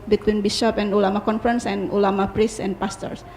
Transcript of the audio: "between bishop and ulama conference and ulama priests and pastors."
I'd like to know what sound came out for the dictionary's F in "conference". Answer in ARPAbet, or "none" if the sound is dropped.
F